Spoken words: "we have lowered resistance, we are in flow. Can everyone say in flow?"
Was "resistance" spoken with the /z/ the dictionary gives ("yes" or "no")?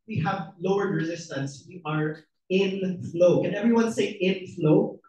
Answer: yes